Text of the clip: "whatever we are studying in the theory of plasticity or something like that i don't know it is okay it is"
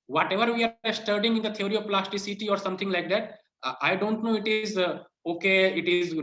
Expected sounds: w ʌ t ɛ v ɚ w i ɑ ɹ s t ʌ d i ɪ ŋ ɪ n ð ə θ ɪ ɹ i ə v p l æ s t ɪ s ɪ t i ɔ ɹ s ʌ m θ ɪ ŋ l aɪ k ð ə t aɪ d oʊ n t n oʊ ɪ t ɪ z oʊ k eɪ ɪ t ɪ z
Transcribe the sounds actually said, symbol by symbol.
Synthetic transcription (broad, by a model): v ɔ t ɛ v ɚ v i ɑ ɹ s t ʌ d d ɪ ŋ ɪ n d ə t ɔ ɹ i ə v p l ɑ s t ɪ s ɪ t i ɔ ɹ s ʌ m t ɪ ŋ l aɪ k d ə t aɪ d oʊ n t n oʊ ɪ t ɪ z oʊ k eɪ ɪ t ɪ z